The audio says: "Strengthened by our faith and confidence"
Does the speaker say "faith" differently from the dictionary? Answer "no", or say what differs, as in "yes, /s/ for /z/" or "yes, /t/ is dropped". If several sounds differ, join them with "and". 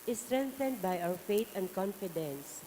yes, /t/ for /θ/